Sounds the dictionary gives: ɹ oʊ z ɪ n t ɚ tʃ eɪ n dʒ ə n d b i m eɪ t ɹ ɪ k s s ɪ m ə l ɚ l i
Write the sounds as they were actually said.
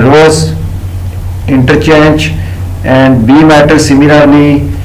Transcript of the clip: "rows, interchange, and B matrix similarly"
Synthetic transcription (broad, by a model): ɹ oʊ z ɪ n t ɚ tʃ eɪ n dʒ ə n d b i m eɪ t ɪ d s s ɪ m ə l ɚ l i